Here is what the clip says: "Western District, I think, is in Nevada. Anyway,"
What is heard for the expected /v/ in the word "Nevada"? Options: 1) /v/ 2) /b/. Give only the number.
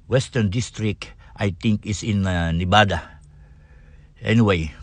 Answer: 2